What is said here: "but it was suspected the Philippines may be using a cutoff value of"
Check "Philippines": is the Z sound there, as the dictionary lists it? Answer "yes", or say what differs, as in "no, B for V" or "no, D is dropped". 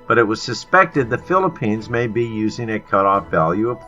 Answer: yes